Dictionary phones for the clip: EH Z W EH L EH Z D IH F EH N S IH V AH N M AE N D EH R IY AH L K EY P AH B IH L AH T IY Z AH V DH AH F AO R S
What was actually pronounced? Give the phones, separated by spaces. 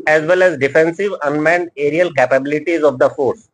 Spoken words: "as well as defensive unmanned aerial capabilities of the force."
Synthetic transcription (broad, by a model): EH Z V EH L EH Z D IH F EH N S IH V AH N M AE N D EH R IY AH L K EY P AH B IH L AH T IY Z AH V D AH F AO R S